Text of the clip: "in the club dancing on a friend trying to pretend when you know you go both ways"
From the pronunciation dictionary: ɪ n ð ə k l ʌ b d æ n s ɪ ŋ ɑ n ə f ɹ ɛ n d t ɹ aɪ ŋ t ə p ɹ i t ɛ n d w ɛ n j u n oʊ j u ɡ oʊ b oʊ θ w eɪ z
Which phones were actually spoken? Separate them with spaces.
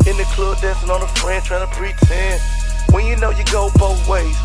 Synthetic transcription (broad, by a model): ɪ n ð ə k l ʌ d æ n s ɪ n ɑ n ə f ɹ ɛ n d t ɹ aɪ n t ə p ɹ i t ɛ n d w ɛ n j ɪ n oʊ j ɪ ɡ oʊ b oʊ θ w eɪ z